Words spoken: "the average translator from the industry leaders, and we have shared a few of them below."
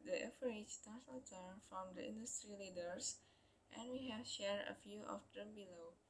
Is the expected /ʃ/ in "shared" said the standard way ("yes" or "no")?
yes